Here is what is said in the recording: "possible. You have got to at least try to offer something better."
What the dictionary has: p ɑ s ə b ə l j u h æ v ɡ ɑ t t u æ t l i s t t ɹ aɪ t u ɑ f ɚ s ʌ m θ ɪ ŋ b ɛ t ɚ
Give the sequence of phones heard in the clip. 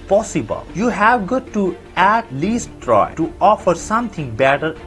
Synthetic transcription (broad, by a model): p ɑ s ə b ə l j u h æ v ɡ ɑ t t u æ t l i s t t ɹ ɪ t u ɑ f ɚ s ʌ m t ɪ ŋ b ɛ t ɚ